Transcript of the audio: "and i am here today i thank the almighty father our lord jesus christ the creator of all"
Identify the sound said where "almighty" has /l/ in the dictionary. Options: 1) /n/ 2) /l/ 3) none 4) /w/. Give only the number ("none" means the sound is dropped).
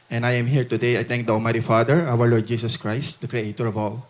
3